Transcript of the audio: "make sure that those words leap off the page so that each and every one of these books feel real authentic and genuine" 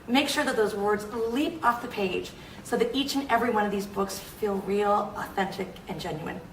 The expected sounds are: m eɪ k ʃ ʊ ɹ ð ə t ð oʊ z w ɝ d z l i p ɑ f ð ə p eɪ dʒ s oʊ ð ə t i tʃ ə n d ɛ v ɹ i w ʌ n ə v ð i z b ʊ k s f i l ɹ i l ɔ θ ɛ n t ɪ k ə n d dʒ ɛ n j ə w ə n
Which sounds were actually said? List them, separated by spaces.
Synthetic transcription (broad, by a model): m eɪ k ʃ ʊ ɹ ð ə t ð oʊ z w ɝ d z l i p ɑ f ð ə p eɪ dʒ s oʊ ð ə t i tʃ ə n ɛ v ɹ i w ʌ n ə v ð i z b ʊ k s f i l ɹ i l ɔ θ ɛ n t ɪ k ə n dʒ ɛ n j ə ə n